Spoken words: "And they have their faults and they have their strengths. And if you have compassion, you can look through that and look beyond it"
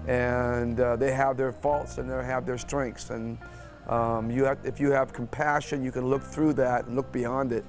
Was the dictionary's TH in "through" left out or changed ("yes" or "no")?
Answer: no